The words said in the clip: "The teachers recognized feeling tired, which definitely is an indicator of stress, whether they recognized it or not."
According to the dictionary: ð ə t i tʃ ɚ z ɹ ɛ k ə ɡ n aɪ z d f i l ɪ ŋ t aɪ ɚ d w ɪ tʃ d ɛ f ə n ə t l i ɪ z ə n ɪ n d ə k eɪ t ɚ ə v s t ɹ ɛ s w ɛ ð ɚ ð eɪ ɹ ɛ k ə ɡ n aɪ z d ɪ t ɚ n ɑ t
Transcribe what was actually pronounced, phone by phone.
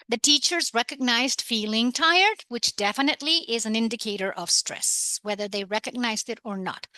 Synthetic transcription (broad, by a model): ð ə t i tʃ ɚ z ɹ ɛ k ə ɡ n aɪ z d f i l ɪ ŋ t aɪ ɚ d w ɪ tʃ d ɛ f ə n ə t l i ɪ z ə n ɪ n d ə k eɪ t ɚ ə v s t ɹ ɛ s w ɛ ð ɚ ð eɪ ɹ ɛ k ə ɡ n aɪ z d ɪ t ɚ n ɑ t